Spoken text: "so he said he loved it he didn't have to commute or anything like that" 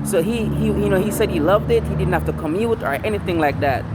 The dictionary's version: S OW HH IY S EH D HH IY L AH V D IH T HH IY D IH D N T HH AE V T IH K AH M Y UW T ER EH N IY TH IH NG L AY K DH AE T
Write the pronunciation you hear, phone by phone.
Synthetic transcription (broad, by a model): S OW HH IY S EH D HH IY L AH V D IH T HH IY D IH D N T HH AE F T IH K AH M Y UW T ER EH N IY TH IH NG L AY K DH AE T